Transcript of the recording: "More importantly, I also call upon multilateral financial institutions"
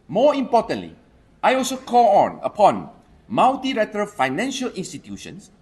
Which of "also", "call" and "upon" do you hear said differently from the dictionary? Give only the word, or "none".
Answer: call